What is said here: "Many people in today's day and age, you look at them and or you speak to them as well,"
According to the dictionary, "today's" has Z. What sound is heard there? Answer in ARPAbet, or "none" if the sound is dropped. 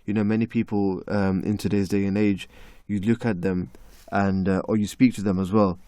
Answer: Z